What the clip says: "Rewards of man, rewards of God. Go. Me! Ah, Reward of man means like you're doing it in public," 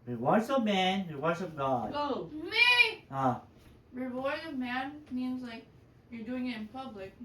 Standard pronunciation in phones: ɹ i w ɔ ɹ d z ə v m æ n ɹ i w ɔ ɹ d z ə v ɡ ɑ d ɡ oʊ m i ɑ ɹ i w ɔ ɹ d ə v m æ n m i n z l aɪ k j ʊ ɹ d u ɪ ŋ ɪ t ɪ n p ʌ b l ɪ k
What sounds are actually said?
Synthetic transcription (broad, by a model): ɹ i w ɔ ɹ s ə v m æ n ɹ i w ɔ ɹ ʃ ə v ɡ ɑ d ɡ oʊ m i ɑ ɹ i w ɔ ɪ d ə v m æ n m i n z l aɪ k j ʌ ɹ d u ɪ ŋ ɪ t ɪ n p ʌ b l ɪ k